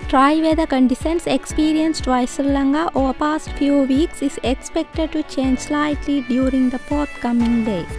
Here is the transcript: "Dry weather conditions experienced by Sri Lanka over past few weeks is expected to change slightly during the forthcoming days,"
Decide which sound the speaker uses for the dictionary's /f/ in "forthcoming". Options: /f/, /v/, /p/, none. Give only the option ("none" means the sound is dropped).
/p/